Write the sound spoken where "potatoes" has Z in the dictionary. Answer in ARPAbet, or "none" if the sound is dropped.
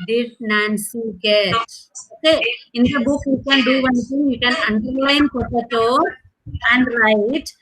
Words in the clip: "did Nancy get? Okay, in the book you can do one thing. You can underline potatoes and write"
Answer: none